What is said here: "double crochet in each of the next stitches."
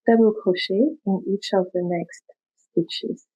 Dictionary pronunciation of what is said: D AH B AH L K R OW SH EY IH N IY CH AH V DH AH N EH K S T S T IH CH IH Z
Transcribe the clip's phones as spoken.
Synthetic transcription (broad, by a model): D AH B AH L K OW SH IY IH N IY CH AH V DH AH N EH K S T S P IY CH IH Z